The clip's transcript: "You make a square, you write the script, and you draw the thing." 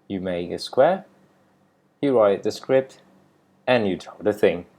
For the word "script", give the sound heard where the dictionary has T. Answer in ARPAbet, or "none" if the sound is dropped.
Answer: T